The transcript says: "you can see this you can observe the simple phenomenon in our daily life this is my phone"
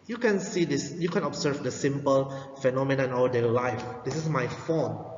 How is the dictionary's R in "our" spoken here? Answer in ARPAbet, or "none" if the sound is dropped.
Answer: L